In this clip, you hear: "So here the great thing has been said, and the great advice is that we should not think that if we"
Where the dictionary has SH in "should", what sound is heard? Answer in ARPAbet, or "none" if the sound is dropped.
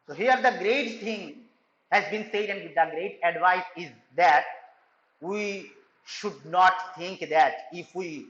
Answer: SH